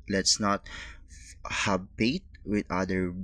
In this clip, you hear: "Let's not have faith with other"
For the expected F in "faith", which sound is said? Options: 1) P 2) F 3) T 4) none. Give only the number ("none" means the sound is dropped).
1